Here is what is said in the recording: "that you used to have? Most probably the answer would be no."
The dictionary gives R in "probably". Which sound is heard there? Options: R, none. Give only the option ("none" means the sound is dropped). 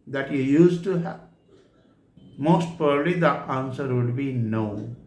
none